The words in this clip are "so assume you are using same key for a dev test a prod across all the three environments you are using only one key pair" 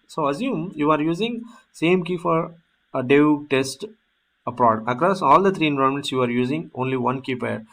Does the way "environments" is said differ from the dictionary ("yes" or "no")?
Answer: yes